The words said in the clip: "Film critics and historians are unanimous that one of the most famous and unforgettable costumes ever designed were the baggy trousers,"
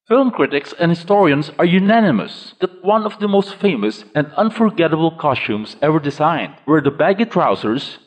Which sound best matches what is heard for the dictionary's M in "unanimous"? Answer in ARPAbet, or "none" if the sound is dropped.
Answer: M